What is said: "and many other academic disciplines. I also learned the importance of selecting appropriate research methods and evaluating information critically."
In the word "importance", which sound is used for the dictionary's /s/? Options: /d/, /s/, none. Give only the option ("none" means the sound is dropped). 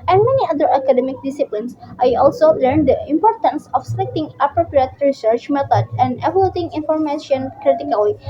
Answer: /s/